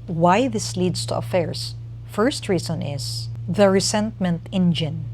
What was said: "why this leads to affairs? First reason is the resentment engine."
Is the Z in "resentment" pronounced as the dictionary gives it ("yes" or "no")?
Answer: no